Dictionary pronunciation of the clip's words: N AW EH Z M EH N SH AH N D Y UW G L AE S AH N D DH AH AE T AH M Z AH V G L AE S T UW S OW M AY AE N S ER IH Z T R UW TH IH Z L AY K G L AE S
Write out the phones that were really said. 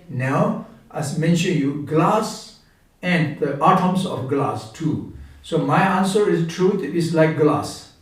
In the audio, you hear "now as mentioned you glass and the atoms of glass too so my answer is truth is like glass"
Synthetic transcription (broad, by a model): N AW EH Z M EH N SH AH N Y UW G L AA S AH N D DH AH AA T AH M S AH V G L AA S T UW S OW M AY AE N S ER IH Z T R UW T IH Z L AY K G L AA S